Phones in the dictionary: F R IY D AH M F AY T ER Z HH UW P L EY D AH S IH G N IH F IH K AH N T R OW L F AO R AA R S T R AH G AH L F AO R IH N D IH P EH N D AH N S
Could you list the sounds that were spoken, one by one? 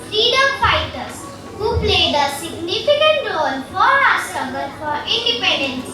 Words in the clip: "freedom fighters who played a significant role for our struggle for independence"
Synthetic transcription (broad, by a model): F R IY D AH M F AY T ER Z HH UW P L EY D AH S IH G N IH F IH K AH N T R OW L F AO R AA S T AH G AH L F AO R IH N D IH P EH N D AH N S